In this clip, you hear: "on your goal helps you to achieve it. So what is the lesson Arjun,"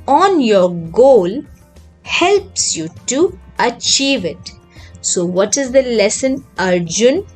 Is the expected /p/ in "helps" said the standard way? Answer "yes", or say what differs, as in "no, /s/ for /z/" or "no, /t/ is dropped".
yes